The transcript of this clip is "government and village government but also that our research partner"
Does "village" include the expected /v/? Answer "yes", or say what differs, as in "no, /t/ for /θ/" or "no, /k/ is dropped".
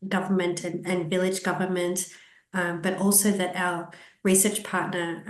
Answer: yes